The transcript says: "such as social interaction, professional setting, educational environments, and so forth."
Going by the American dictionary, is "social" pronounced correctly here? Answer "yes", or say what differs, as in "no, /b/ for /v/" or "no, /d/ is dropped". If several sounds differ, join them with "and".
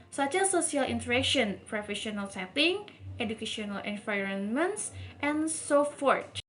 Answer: no, /s/ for /ʃ/